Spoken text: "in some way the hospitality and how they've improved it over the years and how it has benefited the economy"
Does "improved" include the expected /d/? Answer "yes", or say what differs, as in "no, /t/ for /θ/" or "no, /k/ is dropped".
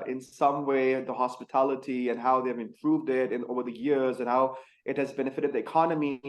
yes